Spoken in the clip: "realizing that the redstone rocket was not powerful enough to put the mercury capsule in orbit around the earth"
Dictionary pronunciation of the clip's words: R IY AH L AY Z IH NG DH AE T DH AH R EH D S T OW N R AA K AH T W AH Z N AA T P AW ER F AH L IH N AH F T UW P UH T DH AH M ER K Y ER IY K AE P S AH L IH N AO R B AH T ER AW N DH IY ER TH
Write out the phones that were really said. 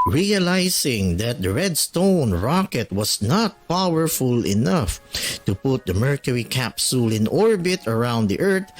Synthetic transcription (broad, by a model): R IY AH L AY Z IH NG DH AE T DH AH R EH D S T OW N R AA K AH T W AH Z N AA T P AW ER F AH L IH N AH F T UW P UH T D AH M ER K Y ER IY K AE P S AH L IH N AO R B AH T ER AW N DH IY ER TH